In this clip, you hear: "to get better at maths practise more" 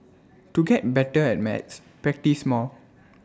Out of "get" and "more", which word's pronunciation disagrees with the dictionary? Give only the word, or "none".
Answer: more